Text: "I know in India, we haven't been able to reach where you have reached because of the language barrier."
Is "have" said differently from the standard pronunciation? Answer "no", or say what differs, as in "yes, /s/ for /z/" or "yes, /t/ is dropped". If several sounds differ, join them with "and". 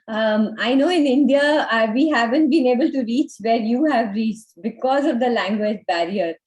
no